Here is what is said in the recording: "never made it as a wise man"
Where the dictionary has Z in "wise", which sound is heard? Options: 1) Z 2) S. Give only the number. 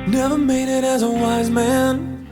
1